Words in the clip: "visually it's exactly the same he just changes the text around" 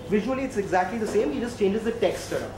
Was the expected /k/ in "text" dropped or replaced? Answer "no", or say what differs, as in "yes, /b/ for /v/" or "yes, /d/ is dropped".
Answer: no